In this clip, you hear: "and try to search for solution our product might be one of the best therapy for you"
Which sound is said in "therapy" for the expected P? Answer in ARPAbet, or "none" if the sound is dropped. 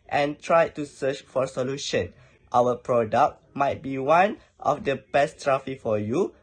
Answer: F